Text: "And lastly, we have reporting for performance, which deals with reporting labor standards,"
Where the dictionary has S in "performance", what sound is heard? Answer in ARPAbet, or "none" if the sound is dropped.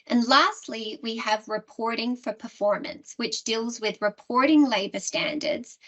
S